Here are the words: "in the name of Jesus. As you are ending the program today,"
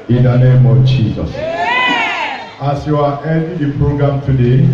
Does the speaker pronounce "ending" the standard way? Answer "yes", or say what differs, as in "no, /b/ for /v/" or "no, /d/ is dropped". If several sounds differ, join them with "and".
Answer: no, /n/ is dropped